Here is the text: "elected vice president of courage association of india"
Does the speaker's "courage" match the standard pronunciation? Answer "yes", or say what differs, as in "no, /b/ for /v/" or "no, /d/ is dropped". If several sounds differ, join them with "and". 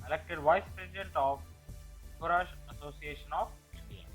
no, /ʃ/ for /dʒ/